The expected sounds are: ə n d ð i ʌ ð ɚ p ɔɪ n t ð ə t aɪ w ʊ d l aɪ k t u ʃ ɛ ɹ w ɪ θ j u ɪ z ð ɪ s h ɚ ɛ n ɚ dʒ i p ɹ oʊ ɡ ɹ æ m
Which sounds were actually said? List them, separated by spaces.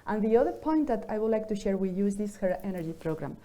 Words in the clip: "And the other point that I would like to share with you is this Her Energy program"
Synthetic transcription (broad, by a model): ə n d ð i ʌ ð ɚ p ɔɪ n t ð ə t aɪ w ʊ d l aɪ k t u ʃ ɛ ɹ w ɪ j u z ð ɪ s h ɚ ɛ n ɚ dʒ i p ɹ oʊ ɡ ɹ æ m